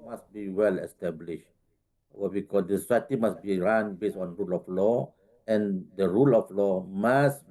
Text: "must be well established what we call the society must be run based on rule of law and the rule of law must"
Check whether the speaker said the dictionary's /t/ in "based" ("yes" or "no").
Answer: no